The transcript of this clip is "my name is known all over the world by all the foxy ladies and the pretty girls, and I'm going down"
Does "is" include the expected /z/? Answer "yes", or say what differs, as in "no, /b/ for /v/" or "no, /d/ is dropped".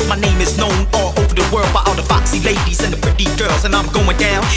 yes